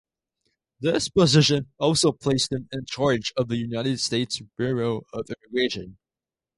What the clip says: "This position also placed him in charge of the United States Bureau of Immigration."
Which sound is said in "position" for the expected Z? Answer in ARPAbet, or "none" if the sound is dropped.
Z